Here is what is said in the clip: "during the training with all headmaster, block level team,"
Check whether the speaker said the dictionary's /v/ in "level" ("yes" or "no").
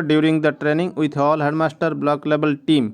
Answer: no